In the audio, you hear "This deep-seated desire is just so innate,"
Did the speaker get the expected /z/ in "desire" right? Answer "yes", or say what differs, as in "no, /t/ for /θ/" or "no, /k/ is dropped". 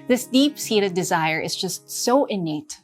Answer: yes